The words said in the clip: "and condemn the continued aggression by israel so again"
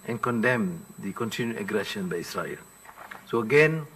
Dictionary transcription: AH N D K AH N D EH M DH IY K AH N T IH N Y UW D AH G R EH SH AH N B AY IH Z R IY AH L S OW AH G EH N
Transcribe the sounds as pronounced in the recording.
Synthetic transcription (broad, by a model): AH N K AH N D EH M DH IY K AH N T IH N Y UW AH G R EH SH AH N B AY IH S R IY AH L S OW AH G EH N